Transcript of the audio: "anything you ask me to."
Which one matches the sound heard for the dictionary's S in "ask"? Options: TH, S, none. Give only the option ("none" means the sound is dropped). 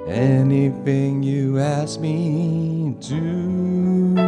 S